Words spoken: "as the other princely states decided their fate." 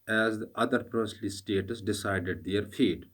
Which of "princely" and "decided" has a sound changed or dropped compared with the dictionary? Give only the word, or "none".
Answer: princely